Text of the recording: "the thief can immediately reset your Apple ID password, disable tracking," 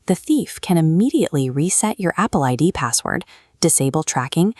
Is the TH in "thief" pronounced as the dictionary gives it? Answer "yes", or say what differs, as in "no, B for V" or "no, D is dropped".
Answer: yes